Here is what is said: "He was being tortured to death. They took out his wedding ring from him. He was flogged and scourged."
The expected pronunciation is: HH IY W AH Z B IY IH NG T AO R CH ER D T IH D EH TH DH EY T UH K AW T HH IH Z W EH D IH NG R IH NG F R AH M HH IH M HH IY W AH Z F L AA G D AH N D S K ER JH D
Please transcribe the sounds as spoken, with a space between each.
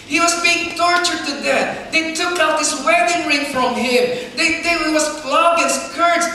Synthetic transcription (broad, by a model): HH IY W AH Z B IY IH NG T AO R CH ER D T IH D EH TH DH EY T UH K AW T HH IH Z W EH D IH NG R IH NG F R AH M HH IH M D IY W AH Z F L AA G AH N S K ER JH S